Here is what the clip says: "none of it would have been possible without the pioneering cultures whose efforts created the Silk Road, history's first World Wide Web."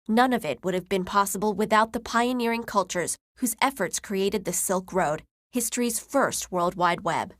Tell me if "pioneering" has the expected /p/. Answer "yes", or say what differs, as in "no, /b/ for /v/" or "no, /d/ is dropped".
yes